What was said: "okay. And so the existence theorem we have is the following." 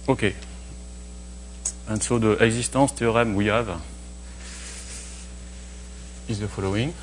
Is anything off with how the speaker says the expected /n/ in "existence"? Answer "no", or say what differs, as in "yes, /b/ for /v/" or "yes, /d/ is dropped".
yes, /n/ is dropped